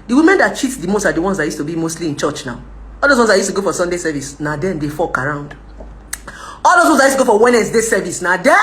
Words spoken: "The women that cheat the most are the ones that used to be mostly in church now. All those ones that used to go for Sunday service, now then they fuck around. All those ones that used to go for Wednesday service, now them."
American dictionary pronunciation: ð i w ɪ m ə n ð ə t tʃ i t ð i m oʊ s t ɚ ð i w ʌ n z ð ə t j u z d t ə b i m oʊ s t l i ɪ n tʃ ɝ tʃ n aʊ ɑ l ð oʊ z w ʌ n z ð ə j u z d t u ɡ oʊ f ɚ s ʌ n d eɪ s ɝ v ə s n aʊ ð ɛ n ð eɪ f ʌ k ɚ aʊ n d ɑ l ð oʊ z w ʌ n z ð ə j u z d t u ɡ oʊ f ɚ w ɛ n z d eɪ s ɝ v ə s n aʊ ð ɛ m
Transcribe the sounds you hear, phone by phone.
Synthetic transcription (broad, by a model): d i w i m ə n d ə t tʃ i t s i m oʊ s t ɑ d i w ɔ n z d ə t j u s t ə b i m oʊ s t l i ɪ n tʃ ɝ tʃ n aʊ ɑ l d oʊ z w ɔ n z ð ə j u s t u ɡ oʊ f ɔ s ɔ n d eɪ s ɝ v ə s n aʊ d ɛ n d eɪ f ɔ k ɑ aʊ n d ɑ l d oʊ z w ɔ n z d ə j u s t u ɡ oʊ f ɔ w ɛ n s d eɪ s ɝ v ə s n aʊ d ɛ